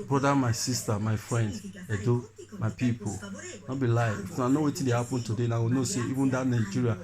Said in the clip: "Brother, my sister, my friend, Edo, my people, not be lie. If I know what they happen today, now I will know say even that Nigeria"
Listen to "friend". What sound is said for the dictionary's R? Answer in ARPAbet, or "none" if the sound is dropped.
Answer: R